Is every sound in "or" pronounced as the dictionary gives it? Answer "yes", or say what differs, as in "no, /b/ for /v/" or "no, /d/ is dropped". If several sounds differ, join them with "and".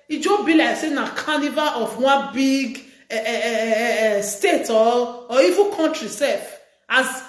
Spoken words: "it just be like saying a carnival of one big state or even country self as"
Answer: no, /l/ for /ɹ/